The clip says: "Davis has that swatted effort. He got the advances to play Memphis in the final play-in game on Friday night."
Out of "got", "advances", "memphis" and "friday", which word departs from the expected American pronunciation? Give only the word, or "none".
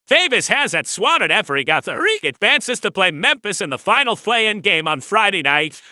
memphis